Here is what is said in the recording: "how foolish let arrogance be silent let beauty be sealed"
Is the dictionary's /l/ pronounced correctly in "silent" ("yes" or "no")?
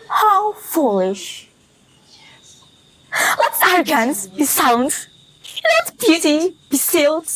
no